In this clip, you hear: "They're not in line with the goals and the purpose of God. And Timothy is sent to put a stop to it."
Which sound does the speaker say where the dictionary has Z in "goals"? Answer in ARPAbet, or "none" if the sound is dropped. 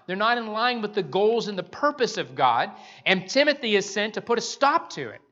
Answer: Z